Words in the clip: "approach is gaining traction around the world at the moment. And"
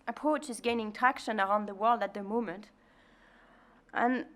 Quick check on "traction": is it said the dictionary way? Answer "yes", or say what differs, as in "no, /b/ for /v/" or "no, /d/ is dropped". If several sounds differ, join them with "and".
no, /ɹ/ is dropped